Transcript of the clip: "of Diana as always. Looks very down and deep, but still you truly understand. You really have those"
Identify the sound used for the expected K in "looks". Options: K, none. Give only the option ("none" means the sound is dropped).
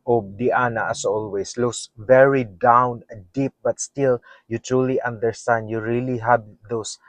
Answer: none